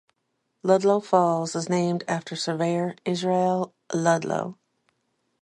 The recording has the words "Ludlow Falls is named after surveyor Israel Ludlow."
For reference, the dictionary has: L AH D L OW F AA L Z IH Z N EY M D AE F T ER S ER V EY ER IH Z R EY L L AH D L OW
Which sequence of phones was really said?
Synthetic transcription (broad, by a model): L AH D L OW F AA L Z IH Z N EY M D AE F T ER S ER V EY ER IH Z R EY L L AH D L OW